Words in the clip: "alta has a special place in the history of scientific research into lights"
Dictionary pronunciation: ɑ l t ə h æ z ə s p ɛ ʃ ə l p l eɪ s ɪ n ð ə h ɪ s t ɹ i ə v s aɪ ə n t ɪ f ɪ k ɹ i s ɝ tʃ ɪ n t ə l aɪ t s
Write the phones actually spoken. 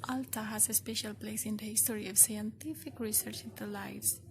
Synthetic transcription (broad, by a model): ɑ l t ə h æ z ə s p ɛ ʃ ə l p l eɪ s ɪ n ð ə h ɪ s t ɹ i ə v s aɪ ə n t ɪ f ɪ k ɹ i s ɝ tʃ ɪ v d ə l aɪ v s